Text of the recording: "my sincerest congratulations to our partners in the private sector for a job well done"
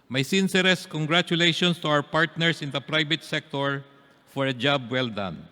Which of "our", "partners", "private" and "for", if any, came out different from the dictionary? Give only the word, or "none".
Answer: partners